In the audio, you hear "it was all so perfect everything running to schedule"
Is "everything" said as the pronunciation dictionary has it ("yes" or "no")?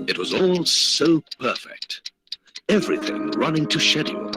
yes